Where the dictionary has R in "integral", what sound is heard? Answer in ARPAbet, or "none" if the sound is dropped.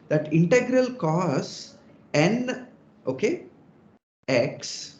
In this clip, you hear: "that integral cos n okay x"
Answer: R